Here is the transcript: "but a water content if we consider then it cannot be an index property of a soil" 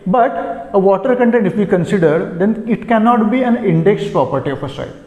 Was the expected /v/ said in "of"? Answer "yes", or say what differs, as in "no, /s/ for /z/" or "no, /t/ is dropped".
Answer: no, /p/ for /v/